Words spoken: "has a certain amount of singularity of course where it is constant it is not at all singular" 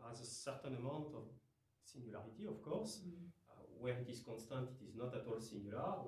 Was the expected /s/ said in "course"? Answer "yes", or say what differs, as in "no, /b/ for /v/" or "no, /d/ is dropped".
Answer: yes